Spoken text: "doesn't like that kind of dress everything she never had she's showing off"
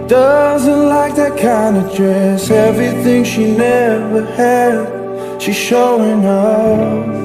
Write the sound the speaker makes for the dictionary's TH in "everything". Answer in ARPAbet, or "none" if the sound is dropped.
TH